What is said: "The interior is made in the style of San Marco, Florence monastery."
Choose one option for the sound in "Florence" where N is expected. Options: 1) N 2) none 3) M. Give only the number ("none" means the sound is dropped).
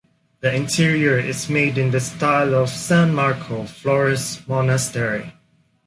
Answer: 2